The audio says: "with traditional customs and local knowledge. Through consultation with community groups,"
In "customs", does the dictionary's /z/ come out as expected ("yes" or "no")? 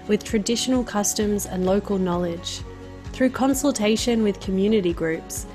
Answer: yes